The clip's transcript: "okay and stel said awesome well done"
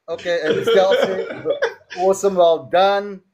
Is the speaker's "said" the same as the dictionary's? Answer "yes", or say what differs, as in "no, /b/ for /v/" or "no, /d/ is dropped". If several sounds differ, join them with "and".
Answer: no, /d/ is dropped